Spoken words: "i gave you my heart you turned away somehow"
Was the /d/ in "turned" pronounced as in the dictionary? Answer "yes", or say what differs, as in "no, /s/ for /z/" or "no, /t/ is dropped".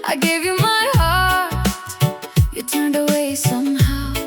yes